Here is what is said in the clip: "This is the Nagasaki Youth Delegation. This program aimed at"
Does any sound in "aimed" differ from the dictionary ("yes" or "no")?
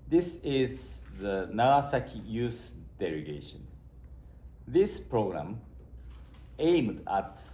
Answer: no